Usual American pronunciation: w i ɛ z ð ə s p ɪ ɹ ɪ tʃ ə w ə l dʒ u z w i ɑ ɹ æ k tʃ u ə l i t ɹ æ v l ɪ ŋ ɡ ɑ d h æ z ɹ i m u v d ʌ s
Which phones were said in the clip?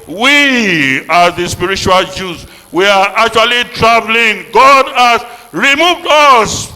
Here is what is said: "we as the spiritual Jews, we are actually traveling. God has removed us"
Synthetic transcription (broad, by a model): w i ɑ ð ə s p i ɹ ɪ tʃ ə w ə l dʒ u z w i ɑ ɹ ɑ k tʃ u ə l i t ɹ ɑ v l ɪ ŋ ɡ ɑ d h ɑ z ɹ i m u v d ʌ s